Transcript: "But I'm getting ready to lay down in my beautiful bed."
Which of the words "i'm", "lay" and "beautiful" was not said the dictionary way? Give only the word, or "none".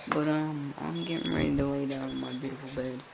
lay